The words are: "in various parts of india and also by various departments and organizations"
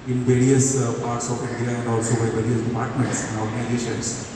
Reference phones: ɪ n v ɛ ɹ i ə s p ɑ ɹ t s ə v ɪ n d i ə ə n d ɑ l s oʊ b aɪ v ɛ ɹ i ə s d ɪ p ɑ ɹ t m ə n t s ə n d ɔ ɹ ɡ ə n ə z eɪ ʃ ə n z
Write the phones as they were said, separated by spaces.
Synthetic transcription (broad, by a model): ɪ n v ɛ ɹ i ə s p ɑ ɹ t s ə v ɪ n d i ə ə n d ɑ l s oʊ b aɪ v ɛ ɹ i ə s d ɪ p ɑ ɹ t m ə n t s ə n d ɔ ɹ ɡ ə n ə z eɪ ʃ ə n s